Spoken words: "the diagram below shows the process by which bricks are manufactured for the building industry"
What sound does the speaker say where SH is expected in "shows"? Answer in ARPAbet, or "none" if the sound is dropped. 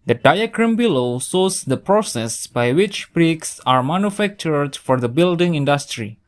S